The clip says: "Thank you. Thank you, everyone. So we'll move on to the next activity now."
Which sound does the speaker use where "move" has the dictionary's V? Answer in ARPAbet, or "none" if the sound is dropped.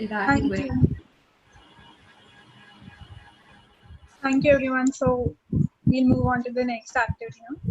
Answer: V